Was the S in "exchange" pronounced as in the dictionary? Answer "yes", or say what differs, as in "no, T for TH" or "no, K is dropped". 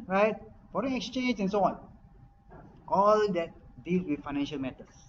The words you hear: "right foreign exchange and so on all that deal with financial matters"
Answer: yes